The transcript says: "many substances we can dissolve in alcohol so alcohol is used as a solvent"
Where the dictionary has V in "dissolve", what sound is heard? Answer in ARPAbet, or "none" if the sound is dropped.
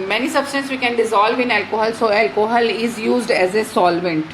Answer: V